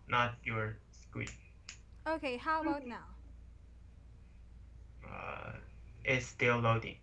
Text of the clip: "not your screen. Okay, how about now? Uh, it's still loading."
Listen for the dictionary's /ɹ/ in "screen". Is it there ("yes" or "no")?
no